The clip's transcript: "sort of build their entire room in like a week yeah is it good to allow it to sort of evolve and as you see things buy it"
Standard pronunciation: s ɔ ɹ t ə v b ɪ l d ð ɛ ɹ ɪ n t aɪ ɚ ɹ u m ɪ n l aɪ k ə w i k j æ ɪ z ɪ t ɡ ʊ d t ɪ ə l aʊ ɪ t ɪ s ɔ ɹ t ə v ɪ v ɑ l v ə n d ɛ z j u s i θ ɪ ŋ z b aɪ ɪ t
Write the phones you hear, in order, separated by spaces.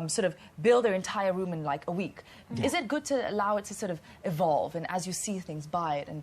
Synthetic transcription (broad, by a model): s ɔ ɹ t ə v b ɪ l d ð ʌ ɹ ɪ n t aɪ ɚ ɹ u m ɪ n l aɪ k ə w i k ɪ z ɪ t ɡ ʊ d t ɪ ə l aʊ ɪ t ɪ s ɔ ɹ t ə v ɪ v ɑ l v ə n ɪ z j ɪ s i θ ɪ ŋ z b aɪ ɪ t